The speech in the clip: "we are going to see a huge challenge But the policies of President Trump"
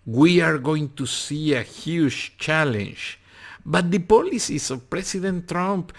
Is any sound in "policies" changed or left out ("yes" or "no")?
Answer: yes